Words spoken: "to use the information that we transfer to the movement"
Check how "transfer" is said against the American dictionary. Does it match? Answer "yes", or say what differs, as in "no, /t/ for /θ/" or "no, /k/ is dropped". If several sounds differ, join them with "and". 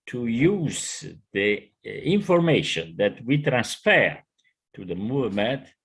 yes